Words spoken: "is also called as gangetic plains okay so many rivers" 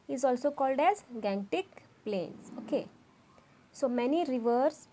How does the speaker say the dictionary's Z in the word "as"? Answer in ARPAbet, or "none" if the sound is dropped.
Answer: Z